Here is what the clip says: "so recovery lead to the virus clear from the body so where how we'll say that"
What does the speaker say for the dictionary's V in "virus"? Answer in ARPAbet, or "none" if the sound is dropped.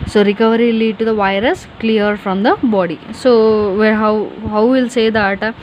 V